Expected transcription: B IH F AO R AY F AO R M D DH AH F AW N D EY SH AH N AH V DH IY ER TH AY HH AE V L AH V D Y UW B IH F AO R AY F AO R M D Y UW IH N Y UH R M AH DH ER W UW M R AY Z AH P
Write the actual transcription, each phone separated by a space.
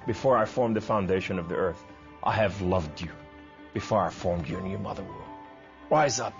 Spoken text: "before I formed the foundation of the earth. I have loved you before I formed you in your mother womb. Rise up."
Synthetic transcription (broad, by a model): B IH F AO R AY F AO R M DH AH F AW N D EY SH AH N AH V DH IY ER TH AY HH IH V L AH V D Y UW B IH F AO R AY F AO R M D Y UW IH N Y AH R M AH DH ER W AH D R AY Z AH P